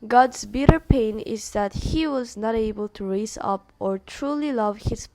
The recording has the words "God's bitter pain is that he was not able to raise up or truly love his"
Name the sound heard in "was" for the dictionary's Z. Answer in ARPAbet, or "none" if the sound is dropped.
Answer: Z